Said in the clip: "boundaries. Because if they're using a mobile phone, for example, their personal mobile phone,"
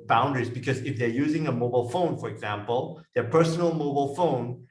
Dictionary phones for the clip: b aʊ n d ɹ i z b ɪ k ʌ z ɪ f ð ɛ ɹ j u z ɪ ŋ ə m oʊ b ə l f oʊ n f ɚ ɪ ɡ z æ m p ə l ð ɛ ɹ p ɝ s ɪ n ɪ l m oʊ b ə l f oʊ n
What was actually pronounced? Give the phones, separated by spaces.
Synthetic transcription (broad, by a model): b aʊ n d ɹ i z b ɪ k ʌ z ɪ f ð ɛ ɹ j u z ɪ ŋ ə m oʊ b ə l f oʊ n f ɚ ɪ ɡ z æ m p ə l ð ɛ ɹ p ɝ s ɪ n l m oʊ b ə l f oʊ n